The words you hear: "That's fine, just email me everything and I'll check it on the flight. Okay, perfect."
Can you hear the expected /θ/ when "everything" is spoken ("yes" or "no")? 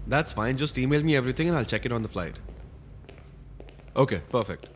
no